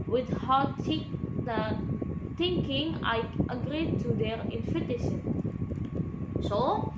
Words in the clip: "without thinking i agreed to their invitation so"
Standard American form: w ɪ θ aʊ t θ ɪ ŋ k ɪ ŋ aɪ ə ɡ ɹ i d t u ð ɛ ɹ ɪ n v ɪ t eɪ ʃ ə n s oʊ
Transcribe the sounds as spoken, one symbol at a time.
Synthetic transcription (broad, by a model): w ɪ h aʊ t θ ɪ ŋ k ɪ ŋ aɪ ə ɡ ɹ i d t u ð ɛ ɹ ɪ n f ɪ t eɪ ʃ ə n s oʊ